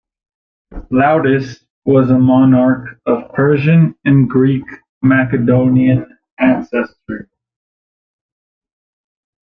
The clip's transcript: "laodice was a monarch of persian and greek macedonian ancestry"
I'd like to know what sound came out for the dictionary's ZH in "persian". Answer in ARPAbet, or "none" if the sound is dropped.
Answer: ZH